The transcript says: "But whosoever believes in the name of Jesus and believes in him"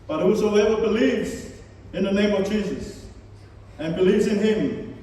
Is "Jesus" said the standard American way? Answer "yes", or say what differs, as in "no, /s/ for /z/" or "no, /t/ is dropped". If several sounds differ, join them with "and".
yes